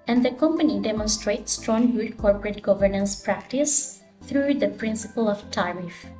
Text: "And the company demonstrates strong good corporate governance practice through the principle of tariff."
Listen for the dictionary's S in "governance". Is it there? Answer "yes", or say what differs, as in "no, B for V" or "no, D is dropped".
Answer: yes